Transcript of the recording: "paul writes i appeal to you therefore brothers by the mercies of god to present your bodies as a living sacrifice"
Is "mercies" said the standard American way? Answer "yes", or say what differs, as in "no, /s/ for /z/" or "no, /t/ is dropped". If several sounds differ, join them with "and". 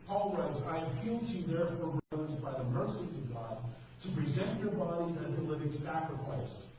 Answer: no, /z/ is dropped